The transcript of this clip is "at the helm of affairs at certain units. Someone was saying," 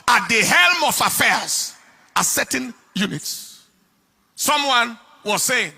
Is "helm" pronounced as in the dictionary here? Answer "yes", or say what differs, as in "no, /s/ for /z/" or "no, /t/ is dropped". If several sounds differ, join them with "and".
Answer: yes